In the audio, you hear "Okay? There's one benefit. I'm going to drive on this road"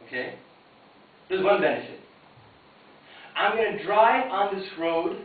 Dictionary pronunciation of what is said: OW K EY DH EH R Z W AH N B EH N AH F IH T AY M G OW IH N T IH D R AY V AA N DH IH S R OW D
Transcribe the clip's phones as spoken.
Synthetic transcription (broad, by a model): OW K EY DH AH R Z W AH N B EH N AH F IH T AY M G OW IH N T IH D R AY AA N DH IH S R OW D